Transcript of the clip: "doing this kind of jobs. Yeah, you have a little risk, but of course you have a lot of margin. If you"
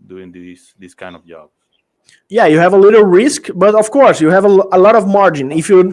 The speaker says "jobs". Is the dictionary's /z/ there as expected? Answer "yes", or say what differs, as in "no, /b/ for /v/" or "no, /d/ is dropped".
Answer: no, /z/ is dropped